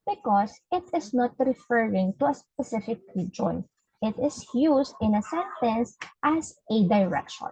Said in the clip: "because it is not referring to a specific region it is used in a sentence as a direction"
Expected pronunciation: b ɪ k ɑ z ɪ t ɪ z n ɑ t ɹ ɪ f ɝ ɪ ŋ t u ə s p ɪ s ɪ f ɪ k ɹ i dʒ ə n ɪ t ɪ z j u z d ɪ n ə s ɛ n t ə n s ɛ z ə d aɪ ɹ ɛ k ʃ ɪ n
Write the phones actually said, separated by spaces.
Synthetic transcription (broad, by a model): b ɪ k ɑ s ɪ t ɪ s n ɑ t ɹ ɪ f ɝ ɪ ŋ t u ə s p ɪ s ɪ f ɪ k ɹ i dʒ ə n ɪ t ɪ s j u s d ɪ n ə s ɛ n t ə n s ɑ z ə d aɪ ɹ ɛ k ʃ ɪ n